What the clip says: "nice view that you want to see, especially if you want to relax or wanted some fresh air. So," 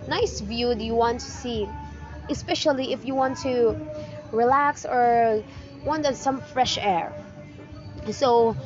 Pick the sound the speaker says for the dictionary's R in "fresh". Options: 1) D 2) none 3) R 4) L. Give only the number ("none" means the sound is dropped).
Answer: 3